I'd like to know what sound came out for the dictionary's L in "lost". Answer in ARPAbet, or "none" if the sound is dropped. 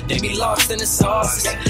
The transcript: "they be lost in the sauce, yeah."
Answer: L